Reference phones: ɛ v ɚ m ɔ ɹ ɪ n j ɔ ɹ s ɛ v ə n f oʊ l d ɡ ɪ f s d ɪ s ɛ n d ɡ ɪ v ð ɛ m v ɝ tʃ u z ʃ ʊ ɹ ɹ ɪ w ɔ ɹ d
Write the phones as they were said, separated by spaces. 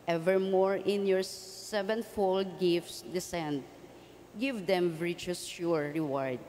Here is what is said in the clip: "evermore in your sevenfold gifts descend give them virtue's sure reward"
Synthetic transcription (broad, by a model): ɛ v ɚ m ɔ ɹ ɪ n j ɔ ɹ s ɛ v ə n f oʊ l d ɡ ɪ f s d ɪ s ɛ n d ɡ ɪ v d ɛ m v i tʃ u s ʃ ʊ ɹ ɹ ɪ w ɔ ɹ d